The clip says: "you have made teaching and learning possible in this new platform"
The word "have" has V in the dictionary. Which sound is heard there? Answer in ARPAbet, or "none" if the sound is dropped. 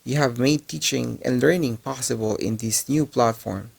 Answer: V